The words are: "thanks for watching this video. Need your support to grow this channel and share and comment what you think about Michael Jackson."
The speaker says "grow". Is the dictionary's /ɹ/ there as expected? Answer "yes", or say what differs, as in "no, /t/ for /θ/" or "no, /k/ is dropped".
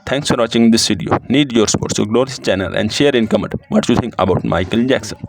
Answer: no, /l/ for /ɹ/